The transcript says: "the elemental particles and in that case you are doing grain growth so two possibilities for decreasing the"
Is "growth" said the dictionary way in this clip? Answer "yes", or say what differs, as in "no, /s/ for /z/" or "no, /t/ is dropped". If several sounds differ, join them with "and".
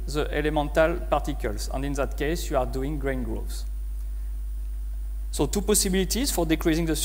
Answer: no, /s/ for /θ/